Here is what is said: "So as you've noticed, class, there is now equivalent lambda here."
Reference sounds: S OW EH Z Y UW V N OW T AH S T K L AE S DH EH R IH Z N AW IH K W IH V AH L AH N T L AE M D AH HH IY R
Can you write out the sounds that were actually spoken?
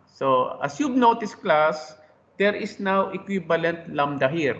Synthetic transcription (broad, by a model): S OW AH S Y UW B N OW T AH S K L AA S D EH R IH S N AW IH K W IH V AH L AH N T L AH M D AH HH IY R